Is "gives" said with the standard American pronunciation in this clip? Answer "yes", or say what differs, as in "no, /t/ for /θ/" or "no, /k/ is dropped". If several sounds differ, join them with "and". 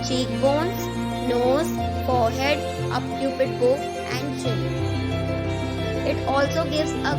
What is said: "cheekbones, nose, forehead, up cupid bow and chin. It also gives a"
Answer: yes